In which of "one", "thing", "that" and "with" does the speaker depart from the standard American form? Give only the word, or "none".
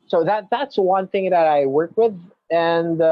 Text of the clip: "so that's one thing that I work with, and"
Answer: none